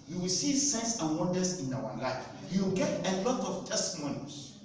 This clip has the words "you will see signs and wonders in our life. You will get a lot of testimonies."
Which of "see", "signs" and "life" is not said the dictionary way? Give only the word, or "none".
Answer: signs